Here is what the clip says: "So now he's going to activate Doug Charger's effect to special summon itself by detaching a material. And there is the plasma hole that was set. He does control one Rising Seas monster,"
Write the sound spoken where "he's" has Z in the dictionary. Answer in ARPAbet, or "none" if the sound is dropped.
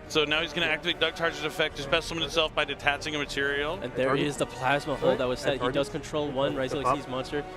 Z